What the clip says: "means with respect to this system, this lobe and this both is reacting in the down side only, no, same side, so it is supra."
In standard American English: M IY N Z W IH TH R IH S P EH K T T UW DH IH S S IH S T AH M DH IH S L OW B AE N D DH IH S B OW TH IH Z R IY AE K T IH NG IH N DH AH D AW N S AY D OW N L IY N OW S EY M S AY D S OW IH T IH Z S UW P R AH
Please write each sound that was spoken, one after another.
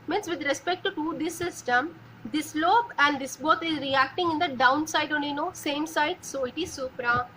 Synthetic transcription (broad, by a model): M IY N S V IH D R IH S P EH K T T UW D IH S S IH S T AH M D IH S L OW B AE N D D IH S B OW T IH Z R IY AE K T IH NG IH N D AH D AW N S AY D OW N IY N OW S EY M S AY D S OW IH T IH Z S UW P R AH